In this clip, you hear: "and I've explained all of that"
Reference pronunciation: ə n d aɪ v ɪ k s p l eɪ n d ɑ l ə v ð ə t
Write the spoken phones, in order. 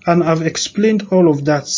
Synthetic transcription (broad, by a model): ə n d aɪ v ɪ k s p l eɪ n d ɑ l ə v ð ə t